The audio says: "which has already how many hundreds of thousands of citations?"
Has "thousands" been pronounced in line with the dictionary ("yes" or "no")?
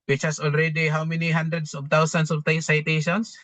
no